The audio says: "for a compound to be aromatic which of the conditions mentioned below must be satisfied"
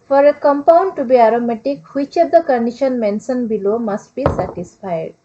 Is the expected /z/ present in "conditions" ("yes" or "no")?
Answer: no